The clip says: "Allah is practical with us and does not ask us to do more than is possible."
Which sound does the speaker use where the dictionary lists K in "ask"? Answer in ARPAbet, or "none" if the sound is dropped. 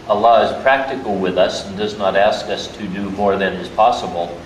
K